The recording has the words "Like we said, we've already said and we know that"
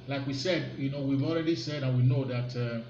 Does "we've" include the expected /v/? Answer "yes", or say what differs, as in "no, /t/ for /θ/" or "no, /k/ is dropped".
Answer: yes